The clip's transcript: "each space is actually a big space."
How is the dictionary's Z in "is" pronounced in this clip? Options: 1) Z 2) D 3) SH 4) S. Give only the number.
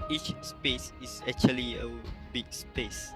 4